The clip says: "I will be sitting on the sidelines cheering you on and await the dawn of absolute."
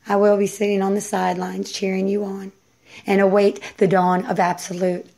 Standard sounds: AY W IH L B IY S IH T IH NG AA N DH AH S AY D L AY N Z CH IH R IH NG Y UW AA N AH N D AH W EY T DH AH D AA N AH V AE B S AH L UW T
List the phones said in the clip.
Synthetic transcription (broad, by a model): AY W IH L B IY S IH T IH NG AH N DH AH S AY D L AY N Z CH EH R IH NG Y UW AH N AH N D AH W EY T DH AH D AA N AH V AE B S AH L UW T